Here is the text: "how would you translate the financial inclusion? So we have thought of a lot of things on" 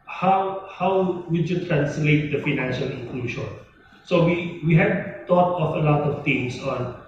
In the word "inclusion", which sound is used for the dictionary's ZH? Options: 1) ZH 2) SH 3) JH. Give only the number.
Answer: 2